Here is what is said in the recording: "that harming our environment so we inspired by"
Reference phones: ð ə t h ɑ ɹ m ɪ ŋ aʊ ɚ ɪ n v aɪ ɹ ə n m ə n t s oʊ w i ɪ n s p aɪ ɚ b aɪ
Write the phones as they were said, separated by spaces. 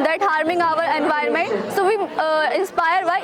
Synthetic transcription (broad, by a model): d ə t h ɑ ɹ m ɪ ŋ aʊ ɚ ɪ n v aɪ ə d m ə n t s oʊ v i ɪ n s p aɪ ɚ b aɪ